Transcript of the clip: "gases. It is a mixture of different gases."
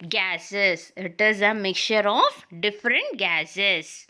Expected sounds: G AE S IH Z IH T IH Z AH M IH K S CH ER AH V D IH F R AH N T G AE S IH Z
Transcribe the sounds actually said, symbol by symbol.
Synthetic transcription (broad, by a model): G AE S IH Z IH T IH Z AH M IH K CH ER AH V D IH F R AH N T G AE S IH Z